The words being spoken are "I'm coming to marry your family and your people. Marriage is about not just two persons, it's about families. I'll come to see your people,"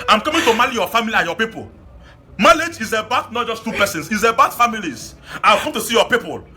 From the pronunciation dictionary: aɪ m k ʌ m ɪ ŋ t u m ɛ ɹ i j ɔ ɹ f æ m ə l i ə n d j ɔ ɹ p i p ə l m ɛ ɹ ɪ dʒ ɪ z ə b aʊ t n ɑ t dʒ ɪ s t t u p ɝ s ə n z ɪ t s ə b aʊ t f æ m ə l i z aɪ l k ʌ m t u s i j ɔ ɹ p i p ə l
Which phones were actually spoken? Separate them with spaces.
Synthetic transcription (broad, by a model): aɪ m k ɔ m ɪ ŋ t u m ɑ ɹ i j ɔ f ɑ m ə l i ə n j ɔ p i p ə l m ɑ l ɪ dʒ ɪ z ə b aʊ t n ɑ t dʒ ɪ s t t u p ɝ s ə n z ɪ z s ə b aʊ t f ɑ m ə l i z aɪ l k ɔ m t u s i j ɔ p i p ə l